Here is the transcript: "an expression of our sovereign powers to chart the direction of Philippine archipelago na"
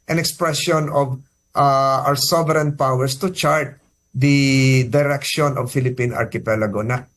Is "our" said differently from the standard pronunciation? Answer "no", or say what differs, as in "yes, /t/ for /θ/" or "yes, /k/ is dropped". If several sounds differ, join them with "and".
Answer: yes, /w/ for /ɹ/